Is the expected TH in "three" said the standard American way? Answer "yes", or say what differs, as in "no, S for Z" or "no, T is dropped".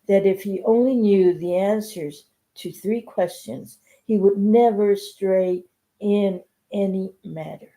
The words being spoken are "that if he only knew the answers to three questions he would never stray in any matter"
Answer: yes